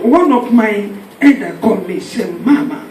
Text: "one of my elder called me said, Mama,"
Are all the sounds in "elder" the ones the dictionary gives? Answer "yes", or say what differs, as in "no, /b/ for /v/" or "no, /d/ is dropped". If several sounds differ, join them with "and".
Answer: no, /l/ is dropped